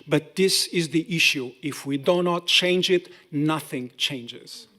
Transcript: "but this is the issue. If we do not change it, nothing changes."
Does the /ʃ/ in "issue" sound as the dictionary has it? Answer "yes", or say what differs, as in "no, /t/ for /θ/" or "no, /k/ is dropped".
yes